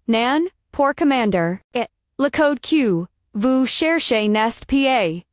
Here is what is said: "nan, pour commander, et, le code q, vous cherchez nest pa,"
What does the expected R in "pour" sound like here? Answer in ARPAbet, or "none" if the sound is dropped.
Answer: R